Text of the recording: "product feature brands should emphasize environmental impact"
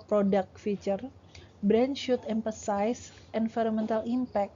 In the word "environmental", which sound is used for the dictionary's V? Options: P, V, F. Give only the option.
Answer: F